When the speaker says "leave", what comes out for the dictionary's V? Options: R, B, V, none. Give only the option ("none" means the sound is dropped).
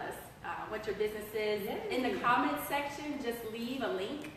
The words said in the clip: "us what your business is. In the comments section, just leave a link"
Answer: V